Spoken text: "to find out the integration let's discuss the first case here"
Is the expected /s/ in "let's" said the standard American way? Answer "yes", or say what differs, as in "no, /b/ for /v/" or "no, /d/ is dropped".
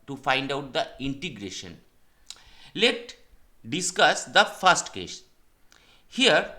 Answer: no, /s/ is dropped